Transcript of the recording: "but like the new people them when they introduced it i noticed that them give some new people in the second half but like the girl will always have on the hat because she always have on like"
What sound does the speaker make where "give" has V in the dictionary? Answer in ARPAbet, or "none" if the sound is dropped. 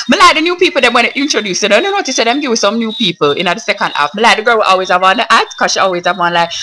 W